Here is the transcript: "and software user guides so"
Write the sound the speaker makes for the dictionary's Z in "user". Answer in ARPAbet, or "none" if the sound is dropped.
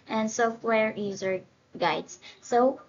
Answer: Z